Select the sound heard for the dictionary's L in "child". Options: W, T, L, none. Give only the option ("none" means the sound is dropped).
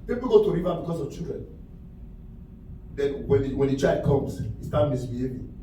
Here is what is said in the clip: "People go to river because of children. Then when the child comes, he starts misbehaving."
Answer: none